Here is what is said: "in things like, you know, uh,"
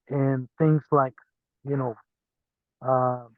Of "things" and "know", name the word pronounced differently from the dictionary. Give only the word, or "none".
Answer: none